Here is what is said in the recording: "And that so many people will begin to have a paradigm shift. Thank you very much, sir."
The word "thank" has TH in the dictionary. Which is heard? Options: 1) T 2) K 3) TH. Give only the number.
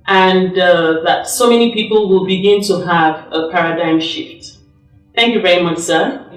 3